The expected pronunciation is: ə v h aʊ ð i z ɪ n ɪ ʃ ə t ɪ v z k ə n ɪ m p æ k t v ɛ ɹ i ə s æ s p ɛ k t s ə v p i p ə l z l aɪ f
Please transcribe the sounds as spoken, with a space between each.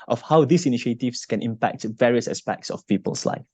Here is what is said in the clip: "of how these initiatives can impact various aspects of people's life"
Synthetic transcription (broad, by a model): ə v h aʊ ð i s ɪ n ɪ ʃ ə t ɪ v s k ə n ɪ m p æ k t v ɛ ɹ i ə s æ s p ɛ k t s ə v p i p ə l s l aɪ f